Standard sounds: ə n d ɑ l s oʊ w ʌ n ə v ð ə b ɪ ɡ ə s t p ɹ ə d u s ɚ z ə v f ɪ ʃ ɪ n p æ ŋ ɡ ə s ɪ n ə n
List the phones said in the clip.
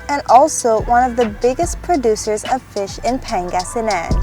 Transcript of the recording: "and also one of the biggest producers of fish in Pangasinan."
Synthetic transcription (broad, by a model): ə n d ɑ l s oʊ w ʌ n ə v ð ə b ɪ ɡ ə s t p ɹ ə d u s ɚ z ə v f ɪ ʃ ɪ n p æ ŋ ɡ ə s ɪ n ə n